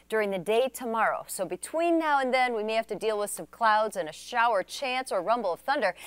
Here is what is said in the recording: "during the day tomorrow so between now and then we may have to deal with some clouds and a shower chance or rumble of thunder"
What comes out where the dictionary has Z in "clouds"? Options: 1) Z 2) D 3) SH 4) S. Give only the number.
1